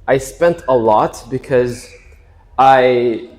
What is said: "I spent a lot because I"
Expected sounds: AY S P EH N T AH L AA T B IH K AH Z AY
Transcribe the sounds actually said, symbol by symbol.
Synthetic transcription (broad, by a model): AY S P EH N T AH L AA T B IH K AH Z AY